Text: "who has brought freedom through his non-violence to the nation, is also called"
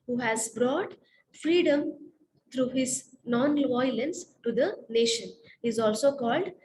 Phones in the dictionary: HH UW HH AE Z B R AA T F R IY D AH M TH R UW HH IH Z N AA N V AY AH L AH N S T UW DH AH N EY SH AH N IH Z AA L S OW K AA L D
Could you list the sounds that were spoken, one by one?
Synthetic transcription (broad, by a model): HH UW HH AE Z B R AA T F R IY D AH M T R UW HH IH Z N AA N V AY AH L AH N S T UW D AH N EY SH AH N IH Z AA L S OW K AA L D